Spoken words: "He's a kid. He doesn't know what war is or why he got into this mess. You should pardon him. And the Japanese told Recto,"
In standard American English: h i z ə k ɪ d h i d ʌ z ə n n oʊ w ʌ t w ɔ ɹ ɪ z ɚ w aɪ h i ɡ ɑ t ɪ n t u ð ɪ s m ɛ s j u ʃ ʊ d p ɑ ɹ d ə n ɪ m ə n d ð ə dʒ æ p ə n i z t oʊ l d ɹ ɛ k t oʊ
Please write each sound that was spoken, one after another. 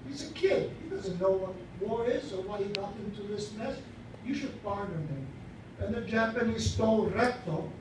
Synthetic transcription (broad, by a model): h i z ə k ɪ d h i d ʌ z ə n n oʊ w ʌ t w ɔ ɹ ɪ z ɚ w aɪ h i ɡ ɑ t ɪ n t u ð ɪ s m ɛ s j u ʃ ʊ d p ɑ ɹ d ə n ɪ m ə n ð ə dʒ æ p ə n i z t oʊ l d ɹ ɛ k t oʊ